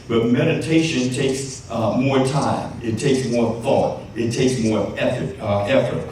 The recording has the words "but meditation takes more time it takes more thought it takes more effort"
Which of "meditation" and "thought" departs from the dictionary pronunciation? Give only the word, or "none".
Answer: none